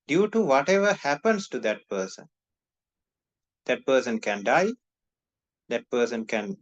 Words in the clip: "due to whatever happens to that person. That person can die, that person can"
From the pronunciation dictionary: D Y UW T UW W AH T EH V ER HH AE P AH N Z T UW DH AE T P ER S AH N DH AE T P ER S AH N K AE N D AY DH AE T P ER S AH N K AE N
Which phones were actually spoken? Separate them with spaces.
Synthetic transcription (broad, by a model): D Y UW T UW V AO T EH V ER HH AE P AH N S T UW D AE T P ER S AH N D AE T P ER S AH N K AE N D AY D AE T P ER S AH N K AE N